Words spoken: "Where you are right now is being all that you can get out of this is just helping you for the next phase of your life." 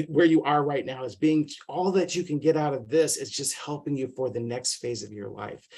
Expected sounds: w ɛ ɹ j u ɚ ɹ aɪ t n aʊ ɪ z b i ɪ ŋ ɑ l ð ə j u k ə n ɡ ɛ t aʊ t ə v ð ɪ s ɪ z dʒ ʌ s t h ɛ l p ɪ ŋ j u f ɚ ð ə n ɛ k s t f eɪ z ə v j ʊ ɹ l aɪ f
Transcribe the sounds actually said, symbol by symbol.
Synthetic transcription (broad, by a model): w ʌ ɹ j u ɚ ɹ aɪ t n aʊ ɪ z b i ɪ ŋ ɑ l ð ə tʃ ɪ k ə n ɡ ɛ t aʊ t ə v ð ɪ s ɪ z dʒ ʌ s t h ɛ l p ɪ ŋ j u f ɚ ð ə n ɛ k s t f eɪ z ə v j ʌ ɹ l aɪ f